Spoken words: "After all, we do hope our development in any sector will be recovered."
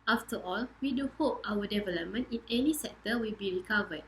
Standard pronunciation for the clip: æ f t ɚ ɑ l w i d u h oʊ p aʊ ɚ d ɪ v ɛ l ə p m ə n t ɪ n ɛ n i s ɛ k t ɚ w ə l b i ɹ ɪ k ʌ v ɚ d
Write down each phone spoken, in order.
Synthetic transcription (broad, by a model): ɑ f t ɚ ɑ l w i d u h oʊ p aʊ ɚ d ɪ v ɛ l ə p m ə n t ɪ n ɛ n i s ɛ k t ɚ w ə l b i ɹ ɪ k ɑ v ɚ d